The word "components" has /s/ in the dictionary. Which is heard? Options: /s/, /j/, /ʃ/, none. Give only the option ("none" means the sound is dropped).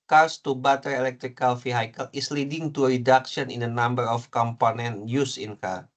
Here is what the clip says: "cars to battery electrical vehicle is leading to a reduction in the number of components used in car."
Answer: none